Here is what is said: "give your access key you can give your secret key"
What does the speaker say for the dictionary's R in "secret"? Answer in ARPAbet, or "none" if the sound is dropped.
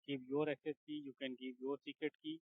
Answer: none